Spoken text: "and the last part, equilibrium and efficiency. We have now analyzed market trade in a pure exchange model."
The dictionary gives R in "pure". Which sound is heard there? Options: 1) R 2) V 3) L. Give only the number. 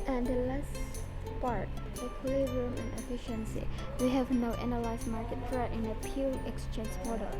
3